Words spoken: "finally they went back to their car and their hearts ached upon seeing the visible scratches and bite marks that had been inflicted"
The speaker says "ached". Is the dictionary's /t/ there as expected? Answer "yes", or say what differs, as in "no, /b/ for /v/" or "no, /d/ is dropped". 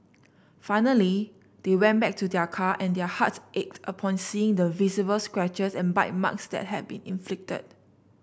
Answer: yes